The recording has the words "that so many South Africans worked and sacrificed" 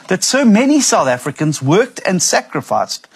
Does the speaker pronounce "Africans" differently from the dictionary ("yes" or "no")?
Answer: no